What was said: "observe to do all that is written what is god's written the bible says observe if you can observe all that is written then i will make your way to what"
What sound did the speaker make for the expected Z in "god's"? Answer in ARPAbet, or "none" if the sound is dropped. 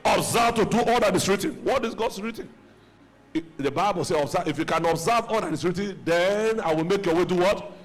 S